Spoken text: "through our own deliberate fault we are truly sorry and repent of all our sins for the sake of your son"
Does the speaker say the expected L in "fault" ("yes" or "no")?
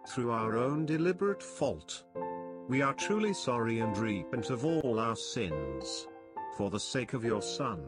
yes